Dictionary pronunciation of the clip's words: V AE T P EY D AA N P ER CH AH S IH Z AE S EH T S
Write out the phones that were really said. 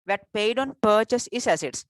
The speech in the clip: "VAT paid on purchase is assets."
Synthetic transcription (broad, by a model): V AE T P EY D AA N P ER CH AH S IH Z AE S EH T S